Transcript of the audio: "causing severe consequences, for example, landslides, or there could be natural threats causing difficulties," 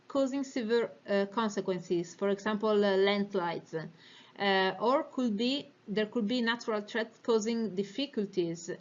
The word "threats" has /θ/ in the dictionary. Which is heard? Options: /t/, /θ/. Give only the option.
/t/